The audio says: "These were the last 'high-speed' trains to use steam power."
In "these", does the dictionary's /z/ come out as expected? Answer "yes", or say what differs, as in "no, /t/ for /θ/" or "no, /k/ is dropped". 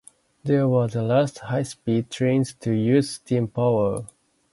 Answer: no, /z/ is dropped